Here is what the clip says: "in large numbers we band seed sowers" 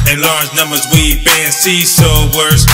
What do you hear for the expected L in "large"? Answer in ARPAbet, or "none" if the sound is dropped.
L